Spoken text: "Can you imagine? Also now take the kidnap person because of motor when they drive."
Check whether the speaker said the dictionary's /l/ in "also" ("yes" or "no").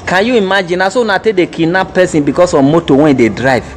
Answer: no